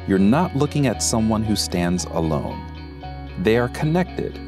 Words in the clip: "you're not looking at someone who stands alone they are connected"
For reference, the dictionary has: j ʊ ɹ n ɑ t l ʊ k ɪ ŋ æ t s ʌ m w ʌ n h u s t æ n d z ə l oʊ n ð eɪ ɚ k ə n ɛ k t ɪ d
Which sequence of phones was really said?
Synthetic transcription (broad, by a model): j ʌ ɹ n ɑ t l ʊ k ɪ ŋ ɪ t s ʌ m w ʌ n h u s t æ n d z ə l oʊ n ð eɪ ɚ k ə n ɛ k t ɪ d